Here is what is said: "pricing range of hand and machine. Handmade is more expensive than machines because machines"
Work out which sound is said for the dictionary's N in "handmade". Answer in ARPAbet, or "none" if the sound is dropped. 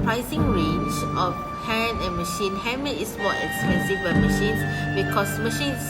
none